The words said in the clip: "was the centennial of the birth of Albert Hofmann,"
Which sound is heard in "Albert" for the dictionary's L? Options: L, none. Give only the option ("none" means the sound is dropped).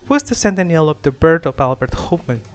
L